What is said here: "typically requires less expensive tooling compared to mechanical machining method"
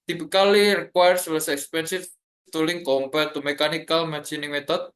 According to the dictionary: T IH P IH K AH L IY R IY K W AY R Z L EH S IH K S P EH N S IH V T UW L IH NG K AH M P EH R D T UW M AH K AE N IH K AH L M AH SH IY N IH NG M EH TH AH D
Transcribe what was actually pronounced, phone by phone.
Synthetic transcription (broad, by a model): T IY P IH K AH L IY R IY K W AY R S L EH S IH K S P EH N S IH F T UW L IH NG K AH M P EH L T UW M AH K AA N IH K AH L M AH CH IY N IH NG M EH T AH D